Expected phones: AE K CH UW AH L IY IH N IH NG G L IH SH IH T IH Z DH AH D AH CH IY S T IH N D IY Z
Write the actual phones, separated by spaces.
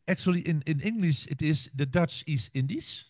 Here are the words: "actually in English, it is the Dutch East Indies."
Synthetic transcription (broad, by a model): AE K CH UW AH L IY IH N IH NG G L IH SH IH T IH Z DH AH D AH CH IY S T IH N D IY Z